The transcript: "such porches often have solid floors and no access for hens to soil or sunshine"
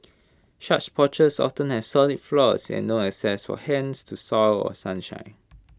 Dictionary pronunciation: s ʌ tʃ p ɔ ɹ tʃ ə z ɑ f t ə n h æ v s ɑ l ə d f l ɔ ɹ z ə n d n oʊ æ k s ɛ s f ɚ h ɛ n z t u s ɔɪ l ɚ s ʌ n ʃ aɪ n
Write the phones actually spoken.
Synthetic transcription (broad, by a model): ʃ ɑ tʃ p ɔ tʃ ə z ɑ f t ə n h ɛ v s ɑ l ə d f l ɔ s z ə n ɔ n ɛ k s ɛ s f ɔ h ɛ n s t u s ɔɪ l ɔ s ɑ n ʃ aɪ n